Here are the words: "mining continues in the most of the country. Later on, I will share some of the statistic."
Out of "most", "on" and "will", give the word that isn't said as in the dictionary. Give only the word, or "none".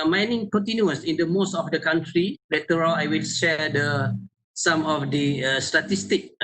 on